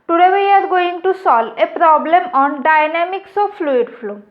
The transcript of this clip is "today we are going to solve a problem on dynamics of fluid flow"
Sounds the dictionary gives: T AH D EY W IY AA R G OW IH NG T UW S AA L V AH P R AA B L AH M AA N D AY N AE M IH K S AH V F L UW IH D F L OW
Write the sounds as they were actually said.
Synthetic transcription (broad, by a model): T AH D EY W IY AA R G OW IH NG T UW S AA L AH P R AA B L AH M AA N D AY N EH M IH K S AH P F L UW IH D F L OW